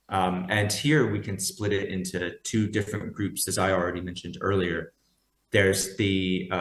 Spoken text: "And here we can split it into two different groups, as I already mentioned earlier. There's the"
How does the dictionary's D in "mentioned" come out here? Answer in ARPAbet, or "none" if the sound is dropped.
D